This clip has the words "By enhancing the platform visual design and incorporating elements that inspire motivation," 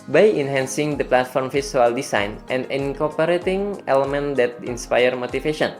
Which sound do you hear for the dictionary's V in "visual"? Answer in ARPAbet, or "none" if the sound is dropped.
F